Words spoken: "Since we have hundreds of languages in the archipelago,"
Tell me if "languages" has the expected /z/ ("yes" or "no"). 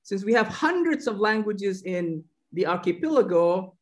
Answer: yes